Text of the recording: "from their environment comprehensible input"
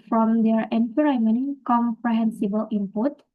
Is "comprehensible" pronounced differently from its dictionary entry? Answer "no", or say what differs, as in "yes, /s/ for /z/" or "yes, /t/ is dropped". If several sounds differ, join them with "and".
no